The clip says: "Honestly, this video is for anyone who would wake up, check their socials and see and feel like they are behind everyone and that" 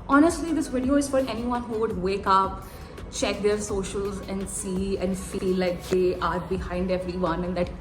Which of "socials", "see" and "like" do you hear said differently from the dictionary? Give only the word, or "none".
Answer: none